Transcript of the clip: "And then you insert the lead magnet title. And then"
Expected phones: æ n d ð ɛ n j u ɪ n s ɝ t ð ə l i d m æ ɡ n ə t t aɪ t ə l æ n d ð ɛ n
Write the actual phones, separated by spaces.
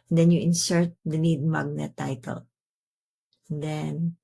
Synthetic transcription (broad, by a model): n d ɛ n j u ɪ n s ɝ t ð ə n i d m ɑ ɡ n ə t t aɪ t ə l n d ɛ n